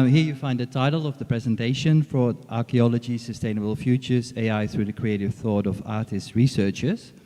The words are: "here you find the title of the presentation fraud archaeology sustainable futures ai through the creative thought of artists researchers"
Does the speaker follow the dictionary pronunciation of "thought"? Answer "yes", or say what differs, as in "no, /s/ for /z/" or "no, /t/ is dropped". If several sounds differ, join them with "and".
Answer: yes